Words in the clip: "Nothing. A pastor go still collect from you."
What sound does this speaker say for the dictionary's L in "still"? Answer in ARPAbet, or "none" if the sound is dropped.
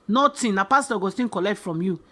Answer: N